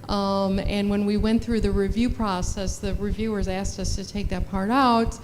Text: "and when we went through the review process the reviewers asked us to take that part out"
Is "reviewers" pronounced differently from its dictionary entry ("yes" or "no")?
no